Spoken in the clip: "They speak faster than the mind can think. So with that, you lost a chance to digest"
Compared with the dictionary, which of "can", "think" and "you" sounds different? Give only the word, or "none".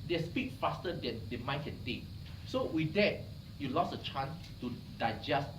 think